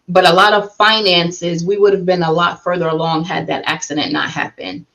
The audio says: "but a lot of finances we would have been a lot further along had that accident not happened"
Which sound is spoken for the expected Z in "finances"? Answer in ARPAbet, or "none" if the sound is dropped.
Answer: Z